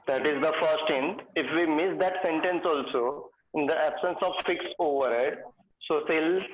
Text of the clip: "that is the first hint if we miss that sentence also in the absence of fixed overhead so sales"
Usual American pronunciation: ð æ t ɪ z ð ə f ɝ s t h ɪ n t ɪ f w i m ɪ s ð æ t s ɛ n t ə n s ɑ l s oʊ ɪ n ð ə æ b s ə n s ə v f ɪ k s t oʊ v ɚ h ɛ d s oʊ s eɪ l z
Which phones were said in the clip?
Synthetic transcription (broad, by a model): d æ t ɪ z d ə f ɝ s t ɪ n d ɪ f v i m ɪ s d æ t s ɛ n t ə n s ɑ l s oʊ ɪ n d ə æ b s ə n s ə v f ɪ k s oʊ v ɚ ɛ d s oʊ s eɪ l